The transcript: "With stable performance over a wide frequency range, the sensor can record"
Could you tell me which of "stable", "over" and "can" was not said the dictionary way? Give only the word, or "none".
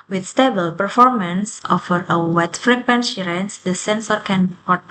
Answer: over